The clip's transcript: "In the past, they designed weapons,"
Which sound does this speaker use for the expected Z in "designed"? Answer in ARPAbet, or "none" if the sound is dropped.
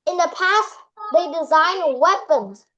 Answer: Z